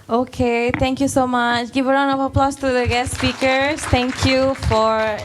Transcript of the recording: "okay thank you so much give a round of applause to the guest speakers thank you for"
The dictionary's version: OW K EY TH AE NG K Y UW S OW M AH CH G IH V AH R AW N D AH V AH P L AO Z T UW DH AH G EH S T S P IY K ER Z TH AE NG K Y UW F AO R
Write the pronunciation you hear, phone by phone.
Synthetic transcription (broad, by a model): OW K EY T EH NG K Y UW S OW M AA CH G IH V AH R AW N AH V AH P L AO S T UW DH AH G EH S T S P IY K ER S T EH NG K Y UW F AO R